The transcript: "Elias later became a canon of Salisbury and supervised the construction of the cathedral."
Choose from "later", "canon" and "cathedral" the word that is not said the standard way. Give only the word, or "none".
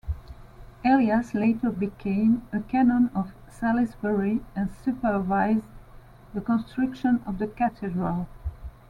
cathedral